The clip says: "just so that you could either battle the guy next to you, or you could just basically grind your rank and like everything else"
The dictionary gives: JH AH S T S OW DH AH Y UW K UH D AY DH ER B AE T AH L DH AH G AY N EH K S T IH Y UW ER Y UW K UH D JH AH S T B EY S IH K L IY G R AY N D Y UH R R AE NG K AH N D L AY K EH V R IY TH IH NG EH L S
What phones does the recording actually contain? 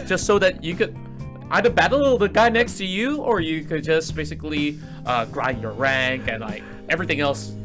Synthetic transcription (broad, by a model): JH AH S T S OW DH AH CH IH K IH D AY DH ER B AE T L DH AH G AY N EH K S T IH Y UW ER Y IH K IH D JH AH S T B EY S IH K L IY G R AY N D Y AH R R AE NG K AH N L AY K EH V R IY TH IH NG EH L S